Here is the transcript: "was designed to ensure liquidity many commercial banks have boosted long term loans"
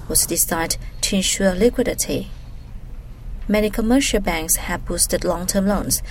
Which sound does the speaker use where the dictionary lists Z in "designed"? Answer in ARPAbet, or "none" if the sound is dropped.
S